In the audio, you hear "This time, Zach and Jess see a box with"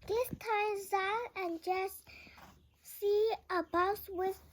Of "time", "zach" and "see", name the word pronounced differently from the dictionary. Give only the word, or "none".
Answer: zach